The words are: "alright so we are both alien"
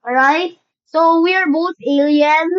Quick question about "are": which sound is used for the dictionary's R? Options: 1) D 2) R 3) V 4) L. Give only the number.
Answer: 2